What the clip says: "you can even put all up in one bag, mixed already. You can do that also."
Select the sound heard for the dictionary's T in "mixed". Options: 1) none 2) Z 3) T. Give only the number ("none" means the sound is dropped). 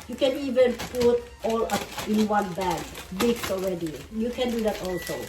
1